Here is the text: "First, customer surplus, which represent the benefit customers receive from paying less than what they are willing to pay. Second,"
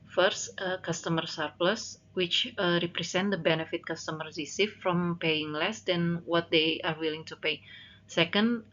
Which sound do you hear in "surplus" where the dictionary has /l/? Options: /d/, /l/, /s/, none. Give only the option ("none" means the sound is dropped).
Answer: /l/